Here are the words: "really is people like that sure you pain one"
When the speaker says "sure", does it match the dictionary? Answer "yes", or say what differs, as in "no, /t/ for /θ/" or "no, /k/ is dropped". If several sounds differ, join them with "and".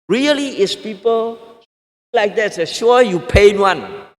no, /s/ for /ʃ/